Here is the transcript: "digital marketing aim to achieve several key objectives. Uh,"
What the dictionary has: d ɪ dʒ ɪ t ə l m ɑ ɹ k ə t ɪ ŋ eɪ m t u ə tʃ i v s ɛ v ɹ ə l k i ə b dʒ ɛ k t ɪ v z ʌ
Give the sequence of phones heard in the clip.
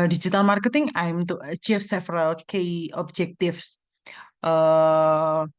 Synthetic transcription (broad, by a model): d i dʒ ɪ t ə l m ɑ ɹ k ə t ɪ ŋ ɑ m t u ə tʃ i f s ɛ f ɹ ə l k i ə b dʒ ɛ k t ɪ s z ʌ